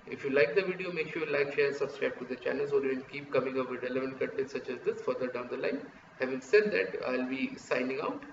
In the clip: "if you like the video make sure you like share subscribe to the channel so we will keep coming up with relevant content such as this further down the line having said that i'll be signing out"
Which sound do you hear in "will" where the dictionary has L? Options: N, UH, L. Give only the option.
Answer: N